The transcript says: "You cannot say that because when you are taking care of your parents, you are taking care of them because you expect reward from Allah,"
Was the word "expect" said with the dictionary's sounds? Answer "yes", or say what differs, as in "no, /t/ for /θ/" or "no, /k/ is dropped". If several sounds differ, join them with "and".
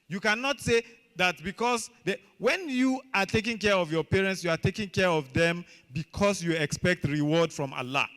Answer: yes